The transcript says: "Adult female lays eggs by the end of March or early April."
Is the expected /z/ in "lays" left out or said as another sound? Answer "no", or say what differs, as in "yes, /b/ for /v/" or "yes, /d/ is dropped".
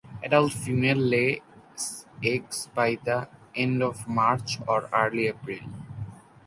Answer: yes, /s/ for /z/